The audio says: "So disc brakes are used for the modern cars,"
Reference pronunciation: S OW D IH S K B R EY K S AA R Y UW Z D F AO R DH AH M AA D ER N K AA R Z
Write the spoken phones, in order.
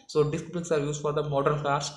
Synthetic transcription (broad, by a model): S OW D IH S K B L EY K S AA R Y UW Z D F AO R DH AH M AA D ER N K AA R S